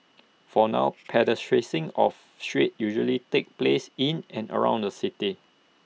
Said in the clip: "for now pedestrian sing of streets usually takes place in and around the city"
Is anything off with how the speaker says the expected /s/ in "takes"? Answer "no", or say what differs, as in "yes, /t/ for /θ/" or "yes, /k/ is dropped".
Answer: yes, /s/ is dropped